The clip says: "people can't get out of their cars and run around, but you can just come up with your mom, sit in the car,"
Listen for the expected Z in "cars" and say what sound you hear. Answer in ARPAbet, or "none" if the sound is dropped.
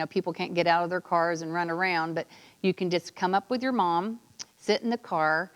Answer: Z